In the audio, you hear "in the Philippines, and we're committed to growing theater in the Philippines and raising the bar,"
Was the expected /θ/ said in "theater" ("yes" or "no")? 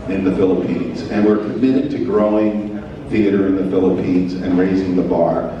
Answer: yes